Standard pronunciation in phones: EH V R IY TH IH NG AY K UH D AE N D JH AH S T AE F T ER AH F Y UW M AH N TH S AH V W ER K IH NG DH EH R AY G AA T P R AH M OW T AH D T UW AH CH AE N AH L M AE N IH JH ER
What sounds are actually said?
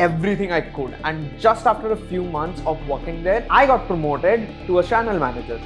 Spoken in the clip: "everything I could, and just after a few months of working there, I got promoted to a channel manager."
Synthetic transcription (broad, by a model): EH V R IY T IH NG AY K UH D AE N D JH AH S T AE F T ER AH F Y UW M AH N T S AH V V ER K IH NG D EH R AY G AA T P R AH M OW T AH D T UW AH CH AE N AH L M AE N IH JH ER